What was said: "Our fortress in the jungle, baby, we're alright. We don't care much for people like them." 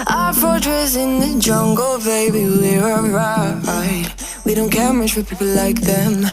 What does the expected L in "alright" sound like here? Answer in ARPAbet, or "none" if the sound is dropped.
none